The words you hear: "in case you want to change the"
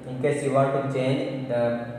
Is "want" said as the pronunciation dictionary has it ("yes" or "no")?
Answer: no